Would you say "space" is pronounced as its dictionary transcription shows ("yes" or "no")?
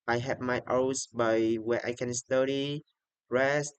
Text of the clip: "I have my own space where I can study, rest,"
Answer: no